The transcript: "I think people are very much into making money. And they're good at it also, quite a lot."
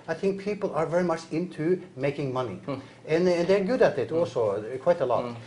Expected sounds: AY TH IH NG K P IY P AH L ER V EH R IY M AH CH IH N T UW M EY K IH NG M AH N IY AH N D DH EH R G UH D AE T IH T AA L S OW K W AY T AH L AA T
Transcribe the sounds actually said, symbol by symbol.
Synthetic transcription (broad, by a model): AY TH IH NG K P IY P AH L ER V EH R IY M AH CH IH N T UW M EY K IH NG M AH N IY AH N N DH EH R G UH D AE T IH T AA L S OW K W AY T AH L AA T